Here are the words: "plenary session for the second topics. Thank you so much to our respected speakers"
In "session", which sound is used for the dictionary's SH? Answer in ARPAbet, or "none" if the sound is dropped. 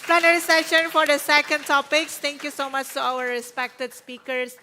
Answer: SH